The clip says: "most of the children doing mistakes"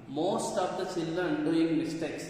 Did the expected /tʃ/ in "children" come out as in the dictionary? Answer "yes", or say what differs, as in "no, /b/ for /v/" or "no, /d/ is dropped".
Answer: no, /s/ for /tʃ/